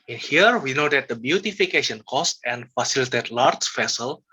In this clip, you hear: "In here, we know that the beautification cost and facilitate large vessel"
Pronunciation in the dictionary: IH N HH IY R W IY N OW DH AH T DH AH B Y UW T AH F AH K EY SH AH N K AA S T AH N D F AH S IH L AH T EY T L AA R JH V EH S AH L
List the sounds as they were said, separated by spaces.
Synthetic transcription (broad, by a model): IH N HH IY R W IY N OW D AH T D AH B Y UW T AH F AH K EY SH AH N K AA S T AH N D F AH S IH L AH T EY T L AA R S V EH S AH L